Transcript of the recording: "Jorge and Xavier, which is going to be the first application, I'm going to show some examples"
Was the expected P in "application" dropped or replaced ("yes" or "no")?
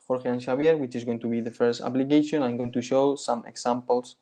yes